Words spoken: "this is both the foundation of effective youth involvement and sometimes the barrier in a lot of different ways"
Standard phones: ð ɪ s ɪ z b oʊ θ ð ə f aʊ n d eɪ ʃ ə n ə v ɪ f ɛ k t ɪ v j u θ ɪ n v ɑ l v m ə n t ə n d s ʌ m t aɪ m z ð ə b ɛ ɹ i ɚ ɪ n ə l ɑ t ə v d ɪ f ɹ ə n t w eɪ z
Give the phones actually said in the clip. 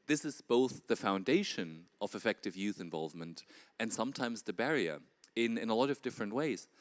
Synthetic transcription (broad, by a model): ð ɪ s ɪ z b oʊ θ ð ə f aʊ n d eɪ ʃ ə n ə v ɪ f ɛ k t ɪ v j u θ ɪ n v ɑ l v m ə n t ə n s ʌ m t aɪ m z ð ə b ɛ ɹ i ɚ ɪ n ə l ɑ t ə v d ɪ f ɹ ə n t w eɪ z